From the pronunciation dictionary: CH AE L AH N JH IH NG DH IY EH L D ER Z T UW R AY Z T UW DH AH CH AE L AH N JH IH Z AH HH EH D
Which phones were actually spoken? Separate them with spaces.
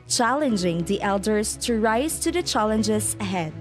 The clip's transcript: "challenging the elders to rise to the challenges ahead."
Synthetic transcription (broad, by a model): CH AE L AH N JH IH NG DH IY EH L D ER S T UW R AY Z T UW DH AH CH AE L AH N JH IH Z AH HH EH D